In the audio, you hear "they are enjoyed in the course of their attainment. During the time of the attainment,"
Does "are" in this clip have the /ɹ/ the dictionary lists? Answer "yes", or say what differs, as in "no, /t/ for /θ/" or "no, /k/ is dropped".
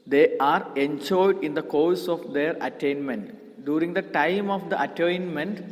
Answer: yes